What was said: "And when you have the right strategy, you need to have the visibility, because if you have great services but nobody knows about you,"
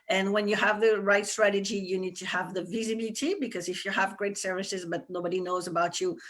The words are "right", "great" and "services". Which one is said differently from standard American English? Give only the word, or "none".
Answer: none